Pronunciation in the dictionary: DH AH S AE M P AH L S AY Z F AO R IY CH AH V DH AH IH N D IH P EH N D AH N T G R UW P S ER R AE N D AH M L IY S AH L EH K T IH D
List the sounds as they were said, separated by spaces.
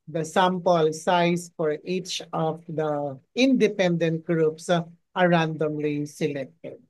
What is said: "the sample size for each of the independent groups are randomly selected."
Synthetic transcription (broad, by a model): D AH S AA M P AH L S AY S F AO R IY CH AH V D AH IH N D IH P EH N D AH N T G R UW P S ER R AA N D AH M L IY S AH L EH K T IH D